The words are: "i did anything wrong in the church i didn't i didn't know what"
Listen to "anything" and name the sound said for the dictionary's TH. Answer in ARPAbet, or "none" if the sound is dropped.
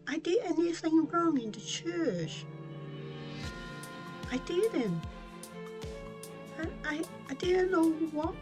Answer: TH